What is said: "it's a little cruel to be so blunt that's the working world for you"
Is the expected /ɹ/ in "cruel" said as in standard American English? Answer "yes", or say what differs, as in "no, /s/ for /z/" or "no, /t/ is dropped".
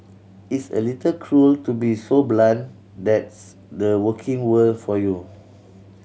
yes